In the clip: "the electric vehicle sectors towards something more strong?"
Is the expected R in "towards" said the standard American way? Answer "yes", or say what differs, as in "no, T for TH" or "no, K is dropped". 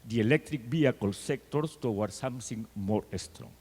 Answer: no, W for R